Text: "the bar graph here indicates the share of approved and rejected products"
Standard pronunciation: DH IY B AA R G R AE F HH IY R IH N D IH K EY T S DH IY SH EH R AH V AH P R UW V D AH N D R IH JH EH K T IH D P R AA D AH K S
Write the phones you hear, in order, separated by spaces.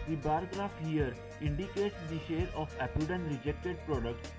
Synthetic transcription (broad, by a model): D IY B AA R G R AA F HH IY R IH N D IH K EY T S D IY SH EH R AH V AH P UW D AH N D R IH JH EH K T IH D P R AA D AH K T